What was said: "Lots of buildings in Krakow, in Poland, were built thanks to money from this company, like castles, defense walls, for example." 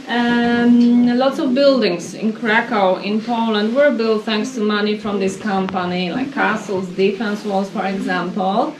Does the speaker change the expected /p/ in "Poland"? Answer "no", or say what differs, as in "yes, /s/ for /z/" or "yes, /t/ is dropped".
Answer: no